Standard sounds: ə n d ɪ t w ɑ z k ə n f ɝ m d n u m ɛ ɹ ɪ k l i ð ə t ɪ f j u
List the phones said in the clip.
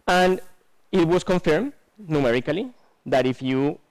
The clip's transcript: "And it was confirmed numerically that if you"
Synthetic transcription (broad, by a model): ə n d ɪ t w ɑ s k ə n f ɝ m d n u m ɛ ɹ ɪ k l i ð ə t ɪ f j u